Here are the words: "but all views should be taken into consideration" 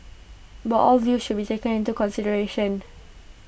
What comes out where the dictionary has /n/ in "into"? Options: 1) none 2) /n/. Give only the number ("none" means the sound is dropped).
2